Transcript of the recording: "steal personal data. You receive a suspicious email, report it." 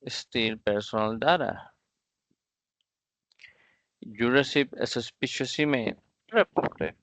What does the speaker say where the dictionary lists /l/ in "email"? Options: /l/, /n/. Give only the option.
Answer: /n/